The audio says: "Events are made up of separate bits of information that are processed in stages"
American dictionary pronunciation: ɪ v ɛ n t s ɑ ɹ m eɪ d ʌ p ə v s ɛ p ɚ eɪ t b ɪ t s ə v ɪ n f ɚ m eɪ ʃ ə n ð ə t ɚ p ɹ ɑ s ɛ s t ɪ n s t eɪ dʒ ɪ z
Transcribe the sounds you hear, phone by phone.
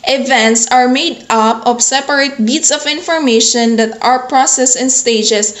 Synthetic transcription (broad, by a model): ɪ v ɛ n t s ɑ ɹ m eɪ d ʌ p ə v s ɛ p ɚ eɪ t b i t s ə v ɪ n f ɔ m eɪ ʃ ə n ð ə t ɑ p ɹ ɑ s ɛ s ɪ n s t eɪ dʒ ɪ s